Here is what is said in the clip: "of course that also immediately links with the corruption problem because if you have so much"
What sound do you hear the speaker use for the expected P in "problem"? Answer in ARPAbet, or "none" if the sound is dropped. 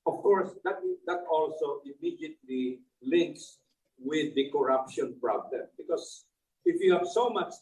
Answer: P